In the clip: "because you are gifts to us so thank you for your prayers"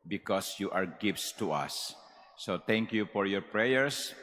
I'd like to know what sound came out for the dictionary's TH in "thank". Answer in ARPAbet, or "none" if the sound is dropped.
T